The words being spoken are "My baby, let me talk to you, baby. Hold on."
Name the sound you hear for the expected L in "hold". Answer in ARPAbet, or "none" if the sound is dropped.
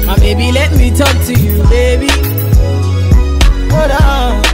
none